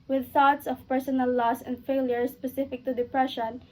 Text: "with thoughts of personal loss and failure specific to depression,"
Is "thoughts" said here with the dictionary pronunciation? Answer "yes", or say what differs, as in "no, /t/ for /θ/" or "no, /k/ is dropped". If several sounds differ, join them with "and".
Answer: yes